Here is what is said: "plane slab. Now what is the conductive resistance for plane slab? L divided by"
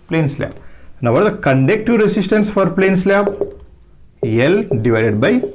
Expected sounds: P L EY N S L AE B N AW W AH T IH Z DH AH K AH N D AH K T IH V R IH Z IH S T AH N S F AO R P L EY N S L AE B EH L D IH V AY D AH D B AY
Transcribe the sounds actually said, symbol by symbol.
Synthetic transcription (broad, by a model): P L EY N S L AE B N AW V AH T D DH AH K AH N D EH K T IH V R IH S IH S T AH N S F AO R P L EY N S L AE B EH L D IH V AY D AH D B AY